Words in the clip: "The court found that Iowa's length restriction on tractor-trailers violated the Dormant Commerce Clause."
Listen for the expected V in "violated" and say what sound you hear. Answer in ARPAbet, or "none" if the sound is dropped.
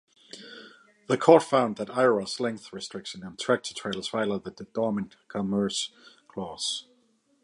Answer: F